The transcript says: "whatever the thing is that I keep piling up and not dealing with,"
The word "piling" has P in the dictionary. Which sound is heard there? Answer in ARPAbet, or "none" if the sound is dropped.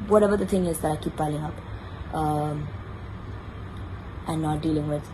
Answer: B